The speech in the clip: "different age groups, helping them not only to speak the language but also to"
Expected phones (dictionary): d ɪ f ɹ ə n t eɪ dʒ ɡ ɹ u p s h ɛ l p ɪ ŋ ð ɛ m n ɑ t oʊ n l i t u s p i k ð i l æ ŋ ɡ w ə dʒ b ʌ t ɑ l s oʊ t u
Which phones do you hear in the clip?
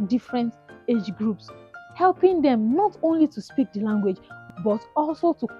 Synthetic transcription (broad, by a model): d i f ɹ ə n t eɪ dʒ ɡ ɹ u p s h ɛ l p ɪ ŋ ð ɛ m n ɑ t oʊ n l i t u s p i k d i l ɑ ŋ ɡ w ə dʒ b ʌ t ɑ l s oʊ t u